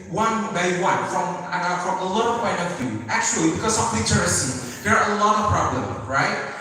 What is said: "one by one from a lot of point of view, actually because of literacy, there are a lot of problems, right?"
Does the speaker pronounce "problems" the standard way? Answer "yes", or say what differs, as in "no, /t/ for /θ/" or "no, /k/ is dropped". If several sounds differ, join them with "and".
no, /z/ is dropped